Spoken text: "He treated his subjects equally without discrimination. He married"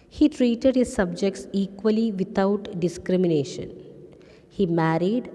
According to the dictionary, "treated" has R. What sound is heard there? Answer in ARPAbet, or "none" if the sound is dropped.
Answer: R